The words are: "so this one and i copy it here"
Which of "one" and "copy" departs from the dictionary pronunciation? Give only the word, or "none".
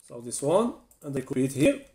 copy